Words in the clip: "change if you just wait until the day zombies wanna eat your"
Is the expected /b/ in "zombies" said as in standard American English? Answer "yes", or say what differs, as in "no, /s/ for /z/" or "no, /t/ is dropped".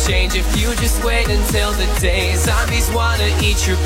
no, /b/ is dropped